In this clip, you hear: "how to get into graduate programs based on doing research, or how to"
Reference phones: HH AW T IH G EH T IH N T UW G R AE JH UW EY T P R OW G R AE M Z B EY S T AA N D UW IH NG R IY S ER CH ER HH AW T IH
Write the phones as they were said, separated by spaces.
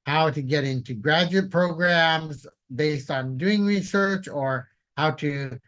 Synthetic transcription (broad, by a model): HH AW T IH G EH T IH N T UW G R AE JH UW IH T P R OW G R AE M Z B EY S T N D UW IH NG R IY S ER CH ER HH AW T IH